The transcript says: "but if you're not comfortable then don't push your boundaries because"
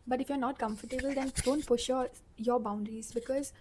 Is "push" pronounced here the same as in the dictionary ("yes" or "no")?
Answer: no